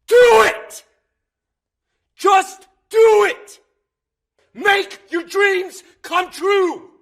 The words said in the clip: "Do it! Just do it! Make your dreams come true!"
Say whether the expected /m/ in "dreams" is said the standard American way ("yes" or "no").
yes